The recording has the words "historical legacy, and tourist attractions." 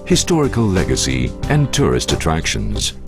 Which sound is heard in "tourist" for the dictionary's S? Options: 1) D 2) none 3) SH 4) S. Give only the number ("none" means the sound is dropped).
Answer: 4